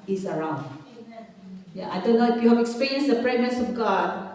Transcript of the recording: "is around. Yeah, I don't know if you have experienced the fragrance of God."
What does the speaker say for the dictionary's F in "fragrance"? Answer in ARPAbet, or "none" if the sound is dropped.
P